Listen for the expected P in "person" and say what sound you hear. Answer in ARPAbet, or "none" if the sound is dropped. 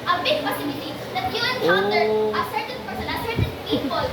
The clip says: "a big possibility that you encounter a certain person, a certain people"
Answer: F